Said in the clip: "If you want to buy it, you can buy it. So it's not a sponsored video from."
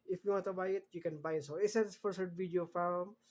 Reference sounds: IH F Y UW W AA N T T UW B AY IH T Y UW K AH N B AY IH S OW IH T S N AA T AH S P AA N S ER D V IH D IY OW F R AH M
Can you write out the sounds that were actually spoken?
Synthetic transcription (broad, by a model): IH F Y UW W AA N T T UW B AY IH T Y UW K AH N B AY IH S OW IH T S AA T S F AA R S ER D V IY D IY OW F R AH M